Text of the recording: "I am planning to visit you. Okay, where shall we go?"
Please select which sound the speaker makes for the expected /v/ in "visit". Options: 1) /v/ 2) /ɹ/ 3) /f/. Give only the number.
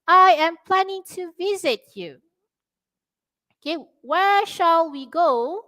1